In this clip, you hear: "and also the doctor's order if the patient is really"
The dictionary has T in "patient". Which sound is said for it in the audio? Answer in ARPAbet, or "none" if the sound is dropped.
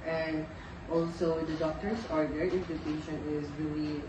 none